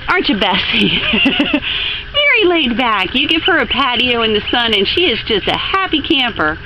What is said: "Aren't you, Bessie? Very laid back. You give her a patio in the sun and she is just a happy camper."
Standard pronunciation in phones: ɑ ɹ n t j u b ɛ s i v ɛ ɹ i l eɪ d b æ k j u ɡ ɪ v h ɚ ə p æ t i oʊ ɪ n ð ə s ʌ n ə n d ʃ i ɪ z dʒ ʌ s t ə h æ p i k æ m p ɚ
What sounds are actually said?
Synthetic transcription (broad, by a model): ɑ ɹ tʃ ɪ b ɛ s i v ɛ ɹ i l eɪ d b æ k j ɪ ɡ ɪ v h ɚ ə p æ t i oʊ ɪ n ð ə s ʌ n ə n ʃ i ɪ z dʒ ʌ s t ə h æ p i k æ m p ɚ